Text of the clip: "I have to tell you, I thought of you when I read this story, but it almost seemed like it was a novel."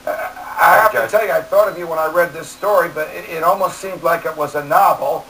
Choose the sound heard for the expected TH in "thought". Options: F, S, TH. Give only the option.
TH